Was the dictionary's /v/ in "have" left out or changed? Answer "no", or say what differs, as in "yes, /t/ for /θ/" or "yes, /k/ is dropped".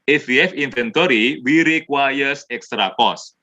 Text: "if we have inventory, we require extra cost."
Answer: yes, /f/ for /v/